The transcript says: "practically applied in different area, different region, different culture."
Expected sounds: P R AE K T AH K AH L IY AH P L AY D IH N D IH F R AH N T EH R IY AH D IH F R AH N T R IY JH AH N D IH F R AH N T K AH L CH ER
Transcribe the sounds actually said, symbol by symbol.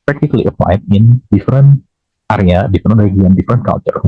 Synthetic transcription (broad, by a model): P R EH K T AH K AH L IY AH P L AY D IH N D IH F R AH N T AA R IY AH D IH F R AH N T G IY AH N D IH F R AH N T K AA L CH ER